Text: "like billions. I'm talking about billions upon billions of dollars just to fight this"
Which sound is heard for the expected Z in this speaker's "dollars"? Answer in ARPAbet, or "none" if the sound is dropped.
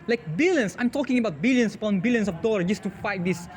none